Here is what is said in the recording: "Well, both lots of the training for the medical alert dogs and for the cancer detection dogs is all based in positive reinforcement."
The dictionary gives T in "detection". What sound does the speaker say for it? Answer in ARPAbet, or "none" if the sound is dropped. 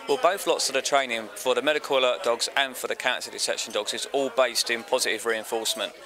S